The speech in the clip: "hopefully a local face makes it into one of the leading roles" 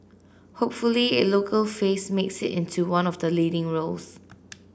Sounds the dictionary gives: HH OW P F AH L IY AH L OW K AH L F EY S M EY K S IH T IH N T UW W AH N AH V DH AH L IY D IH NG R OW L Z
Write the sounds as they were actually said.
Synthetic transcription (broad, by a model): HH OW P F AH L IY AH L OW K AH L F EY S M EY K S IH T IH N T UW W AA N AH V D AH L IY D IH NG R OW L S